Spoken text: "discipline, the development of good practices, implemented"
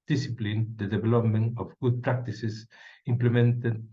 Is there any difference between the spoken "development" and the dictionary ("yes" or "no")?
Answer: yes